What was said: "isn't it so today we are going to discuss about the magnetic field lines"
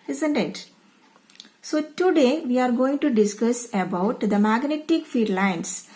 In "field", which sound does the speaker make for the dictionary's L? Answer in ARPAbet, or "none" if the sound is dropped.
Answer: none